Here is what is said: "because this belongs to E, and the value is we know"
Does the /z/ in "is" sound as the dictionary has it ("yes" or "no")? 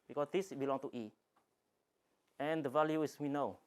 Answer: no